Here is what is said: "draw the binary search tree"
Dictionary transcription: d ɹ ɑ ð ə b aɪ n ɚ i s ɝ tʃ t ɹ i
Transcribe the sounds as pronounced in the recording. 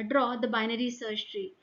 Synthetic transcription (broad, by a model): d ɹ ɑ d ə b aɪ n ɚ i s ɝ ʃ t ɹ i